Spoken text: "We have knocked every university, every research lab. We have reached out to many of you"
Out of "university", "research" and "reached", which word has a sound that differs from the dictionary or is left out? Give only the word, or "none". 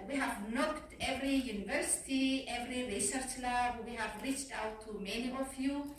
none